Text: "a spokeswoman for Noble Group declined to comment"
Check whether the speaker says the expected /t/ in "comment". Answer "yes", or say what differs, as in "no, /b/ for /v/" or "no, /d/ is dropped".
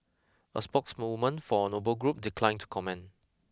no, /t/ is dropped